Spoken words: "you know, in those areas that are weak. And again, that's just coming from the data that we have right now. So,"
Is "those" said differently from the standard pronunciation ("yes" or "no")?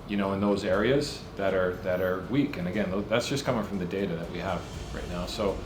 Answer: no